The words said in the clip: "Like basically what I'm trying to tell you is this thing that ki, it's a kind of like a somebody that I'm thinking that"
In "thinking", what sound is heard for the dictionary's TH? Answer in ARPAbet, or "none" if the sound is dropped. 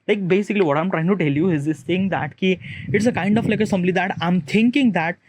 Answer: T